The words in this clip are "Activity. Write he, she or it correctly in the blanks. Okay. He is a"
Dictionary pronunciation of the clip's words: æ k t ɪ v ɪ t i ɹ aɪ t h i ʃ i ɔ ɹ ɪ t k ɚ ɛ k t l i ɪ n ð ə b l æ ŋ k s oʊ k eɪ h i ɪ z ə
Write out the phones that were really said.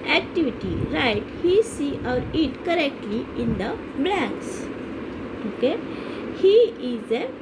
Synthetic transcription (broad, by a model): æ k t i v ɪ t i ɹ aɪ t h i s i ɔ ɹ ɪ t k ɚ ɛ k t l i ɪ n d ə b l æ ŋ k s oʊ k eɪ h i ɪ z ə